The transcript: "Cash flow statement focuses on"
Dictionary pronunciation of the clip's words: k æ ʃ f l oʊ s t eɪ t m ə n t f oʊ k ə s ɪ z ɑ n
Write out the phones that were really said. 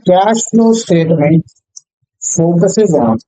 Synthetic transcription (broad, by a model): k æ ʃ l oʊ s t eɪ t m ə n t f oʊ k ə s ɪ z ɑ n